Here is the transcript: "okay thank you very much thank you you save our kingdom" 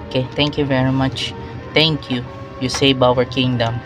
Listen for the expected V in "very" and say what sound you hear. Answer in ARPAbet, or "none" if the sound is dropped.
V